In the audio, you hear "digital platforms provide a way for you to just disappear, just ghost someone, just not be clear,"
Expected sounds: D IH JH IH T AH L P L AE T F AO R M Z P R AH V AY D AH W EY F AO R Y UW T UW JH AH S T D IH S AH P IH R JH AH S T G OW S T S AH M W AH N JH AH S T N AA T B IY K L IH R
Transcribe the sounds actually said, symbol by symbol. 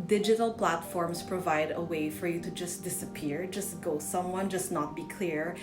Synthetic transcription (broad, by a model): D IH JH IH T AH L P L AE T F AO R M S P R AH V AY D AH W EY F AO R Y UW T UW JH AH S T D IH S AH P IH R JH AH S T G OW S S AH M W AH N JH AH S T N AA T B IY K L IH R